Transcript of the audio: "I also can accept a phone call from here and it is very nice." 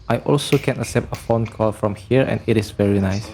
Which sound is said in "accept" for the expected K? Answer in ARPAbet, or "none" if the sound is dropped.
none